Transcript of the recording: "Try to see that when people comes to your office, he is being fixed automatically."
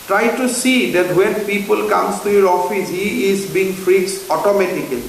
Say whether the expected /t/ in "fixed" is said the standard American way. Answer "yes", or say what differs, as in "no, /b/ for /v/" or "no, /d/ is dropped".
no, /t/ is dropped